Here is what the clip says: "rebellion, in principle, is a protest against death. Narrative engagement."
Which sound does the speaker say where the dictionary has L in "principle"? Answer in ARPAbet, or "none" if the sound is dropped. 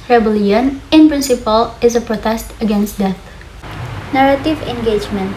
L